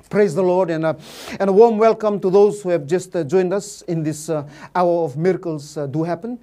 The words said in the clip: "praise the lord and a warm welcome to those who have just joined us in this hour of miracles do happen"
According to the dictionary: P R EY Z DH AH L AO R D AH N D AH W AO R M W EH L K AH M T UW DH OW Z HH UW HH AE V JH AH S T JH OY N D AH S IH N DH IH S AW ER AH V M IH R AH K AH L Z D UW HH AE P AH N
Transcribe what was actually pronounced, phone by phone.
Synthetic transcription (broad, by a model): P R EY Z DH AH L AO R D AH N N AH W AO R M W EH L K AH M T UW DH OW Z HH UW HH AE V JH AH S T JH OY N D AH S IH N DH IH S AW ER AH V M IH R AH K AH L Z D UW HH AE P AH N